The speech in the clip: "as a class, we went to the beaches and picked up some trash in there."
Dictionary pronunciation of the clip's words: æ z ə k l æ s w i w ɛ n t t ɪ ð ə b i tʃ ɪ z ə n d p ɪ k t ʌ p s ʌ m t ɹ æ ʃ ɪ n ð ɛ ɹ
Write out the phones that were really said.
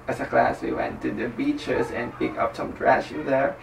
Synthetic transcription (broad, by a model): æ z ə k l æ s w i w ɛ n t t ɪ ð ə b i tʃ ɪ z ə n p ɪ k ʌ p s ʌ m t ɹ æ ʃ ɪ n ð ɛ ɹ